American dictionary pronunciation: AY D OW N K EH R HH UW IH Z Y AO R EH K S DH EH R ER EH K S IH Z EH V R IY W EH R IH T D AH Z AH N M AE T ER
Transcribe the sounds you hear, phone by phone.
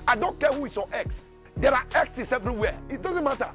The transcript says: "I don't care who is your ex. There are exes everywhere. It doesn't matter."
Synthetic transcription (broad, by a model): AY D OW N K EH HH UW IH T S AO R EH K S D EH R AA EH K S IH S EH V R IY W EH IH T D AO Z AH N M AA T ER